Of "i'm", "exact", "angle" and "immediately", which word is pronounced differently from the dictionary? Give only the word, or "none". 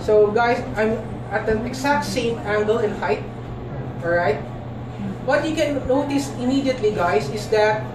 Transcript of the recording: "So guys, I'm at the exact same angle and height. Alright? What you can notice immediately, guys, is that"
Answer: exact